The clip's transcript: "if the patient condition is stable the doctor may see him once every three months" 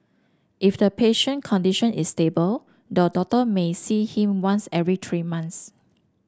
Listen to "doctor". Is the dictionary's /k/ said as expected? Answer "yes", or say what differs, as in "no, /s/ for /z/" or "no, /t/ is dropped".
no, /k/ is dropped